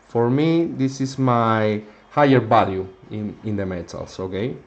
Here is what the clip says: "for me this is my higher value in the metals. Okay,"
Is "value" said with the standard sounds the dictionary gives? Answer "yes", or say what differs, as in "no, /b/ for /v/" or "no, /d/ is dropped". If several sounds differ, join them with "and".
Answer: no, /b/ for /v/